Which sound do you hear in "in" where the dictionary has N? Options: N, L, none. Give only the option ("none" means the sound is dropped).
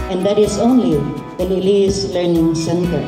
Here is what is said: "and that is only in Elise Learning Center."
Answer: L